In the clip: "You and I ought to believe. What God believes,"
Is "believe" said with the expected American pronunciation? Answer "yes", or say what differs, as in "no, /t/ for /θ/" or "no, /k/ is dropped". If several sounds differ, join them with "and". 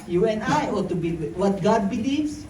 no, /w/ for /l/